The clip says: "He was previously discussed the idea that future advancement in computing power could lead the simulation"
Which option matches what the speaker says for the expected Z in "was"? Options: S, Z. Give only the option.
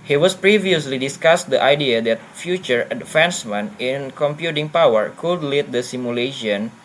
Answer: S